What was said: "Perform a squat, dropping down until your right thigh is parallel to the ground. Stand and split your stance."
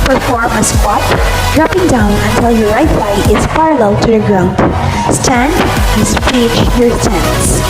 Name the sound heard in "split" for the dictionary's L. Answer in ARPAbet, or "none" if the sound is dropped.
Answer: none